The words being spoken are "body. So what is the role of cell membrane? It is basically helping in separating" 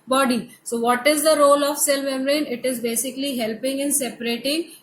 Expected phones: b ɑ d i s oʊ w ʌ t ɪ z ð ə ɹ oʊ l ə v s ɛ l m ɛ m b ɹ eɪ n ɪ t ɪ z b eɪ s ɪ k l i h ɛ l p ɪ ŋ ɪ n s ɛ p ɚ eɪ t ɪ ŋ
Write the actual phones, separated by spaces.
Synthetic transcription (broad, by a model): b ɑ d i s oʊ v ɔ t ɪ z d ə ɹ oʊ l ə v s ɛ l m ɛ m ɹ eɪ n ɪ t ɪ z b eɪ s ɪ k l i h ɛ l p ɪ ŋ ɪ n s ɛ p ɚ eɪ t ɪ ŋ